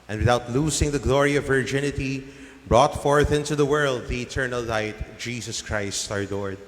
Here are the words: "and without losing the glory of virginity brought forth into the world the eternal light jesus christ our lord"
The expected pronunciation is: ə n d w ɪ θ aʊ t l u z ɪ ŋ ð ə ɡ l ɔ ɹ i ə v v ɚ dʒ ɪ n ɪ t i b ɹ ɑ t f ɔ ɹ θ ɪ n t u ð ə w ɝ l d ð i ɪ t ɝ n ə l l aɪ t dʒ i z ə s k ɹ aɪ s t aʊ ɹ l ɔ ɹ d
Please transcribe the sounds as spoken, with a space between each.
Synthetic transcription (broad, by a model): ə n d w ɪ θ aʊ t l u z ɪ ŋ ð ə ɡ l ɔ ɹ i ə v v ɚ dʒ ɪ n ɪ t i b ɹ ɑ t f ɔ ɹ θ ɪ n t u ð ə w ɝ l d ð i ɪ t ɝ n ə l l aɪ t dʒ i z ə s k ɹ aɪ s t aʊ ɹ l ɔ ɹ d